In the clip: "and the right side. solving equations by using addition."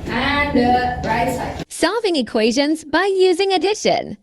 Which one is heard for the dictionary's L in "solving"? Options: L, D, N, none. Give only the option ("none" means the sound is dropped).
none